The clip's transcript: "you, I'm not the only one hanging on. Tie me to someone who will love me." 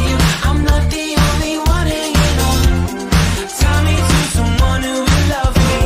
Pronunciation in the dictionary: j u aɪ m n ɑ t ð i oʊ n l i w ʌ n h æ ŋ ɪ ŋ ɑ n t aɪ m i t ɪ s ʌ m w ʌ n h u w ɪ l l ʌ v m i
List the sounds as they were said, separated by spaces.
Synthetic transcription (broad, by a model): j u aɪ m l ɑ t ð i oʊ n l i w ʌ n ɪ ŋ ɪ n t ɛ m i t ɪ s ʌ m w ʌ n h u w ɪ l l ʌ v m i